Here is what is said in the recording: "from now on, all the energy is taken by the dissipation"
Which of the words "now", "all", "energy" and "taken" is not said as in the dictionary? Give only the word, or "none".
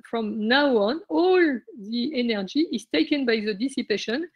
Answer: none